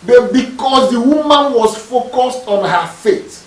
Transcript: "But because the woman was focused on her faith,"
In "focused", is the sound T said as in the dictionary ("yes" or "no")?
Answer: yes